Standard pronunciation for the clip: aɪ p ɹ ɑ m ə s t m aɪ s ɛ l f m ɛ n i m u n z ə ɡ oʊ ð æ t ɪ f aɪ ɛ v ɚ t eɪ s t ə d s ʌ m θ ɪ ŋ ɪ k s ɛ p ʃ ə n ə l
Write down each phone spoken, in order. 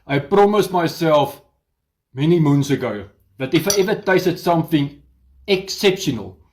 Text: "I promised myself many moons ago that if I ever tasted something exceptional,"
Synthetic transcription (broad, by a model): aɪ p ɹ ɑ m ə s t m aɪ s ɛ l f m ɛ n i m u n s ə ɡ oʊ ð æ t ɪ f aɪ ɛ v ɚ t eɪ s t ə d s ʌ m θ ɪ ŋ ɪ k s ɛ p ʃ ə n ə l